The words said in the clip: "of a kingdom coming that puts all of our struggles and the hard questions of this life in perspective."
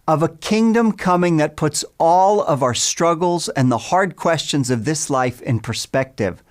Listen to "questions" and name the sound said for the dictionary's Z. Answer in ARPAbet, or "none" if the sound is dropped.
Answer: Z